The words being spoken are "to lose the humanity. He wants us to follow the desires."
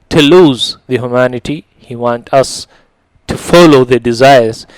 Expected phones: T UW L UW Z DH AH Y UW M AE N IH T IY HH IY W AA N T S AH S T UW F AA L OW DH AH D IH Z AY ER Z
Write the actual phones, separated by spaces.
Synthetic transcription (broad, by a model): T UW L UW Z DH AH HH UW M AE N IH T IY HH IY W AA N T AH S T UW F AA L OW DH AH D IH Z AY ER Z